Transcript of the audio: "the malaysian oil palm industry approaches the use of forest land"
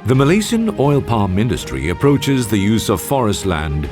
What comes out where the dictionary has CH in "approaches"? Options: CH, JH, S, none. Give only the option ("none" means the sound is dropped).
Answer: CH